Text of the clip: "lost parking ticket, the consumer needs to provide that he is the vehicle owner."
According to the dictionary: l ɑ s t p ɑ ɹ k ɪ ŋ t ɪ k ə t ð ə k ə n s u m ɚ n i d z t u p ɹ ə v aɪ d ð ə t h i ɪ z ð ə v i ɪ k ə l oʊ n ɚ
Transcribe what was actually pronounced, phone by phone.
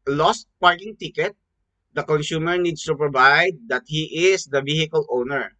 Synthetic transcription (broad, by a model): l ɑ s t p ɑ ɹ k ɪ ŋ t ɪ k ə t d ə k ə n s u m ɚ n i d s t u p ɹ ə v aɪ d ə t h i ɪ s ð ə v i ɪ k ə l oʊ n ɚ